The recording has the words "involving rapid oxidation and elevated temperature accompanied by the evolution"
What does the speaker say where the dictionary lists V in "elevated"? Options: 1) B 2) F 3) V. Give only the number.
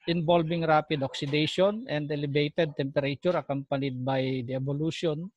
1